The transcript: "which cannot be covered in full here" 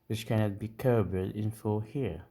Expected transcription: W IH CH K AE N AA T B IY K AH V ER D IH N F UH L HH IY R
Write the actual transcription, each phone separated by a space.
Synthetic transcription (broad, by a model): W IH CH K AE N AA T B IY K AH B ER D IH N F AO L HH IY R